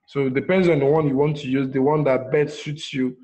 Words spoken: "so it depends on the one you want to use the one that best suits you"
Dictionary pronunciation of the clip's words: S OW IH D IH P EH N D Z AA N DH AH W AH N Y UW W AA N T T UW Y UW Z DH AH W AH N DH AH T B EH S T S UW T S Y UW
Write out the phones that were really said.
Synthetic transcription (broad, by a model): S OW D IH P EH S AA N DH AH W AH N Y UW W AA N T T UW Y UW Z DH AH W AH N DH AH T B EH T S UW T S Y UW